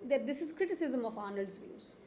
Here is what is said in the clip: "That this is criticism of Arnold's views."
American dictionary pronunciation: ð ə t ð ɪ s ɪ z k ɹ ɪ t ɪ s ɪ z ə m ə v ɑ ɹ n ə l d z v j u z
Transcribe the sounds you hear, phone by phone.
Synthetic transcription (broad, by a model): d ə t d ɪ s ɪ z k ɹ ɪ t ɪ s ɪ z ə m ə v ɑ n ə l d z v j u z